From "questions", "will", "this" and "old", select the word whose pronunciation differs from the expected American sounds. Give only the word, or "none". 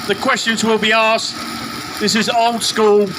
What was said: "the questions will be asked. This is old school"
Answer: none